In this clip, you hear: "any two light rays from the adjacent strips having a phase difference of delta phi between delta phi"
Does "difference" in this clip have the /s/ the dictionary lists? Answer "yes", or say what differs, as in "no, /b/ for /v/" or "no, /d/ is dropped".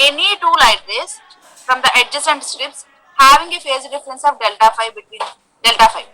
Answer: yes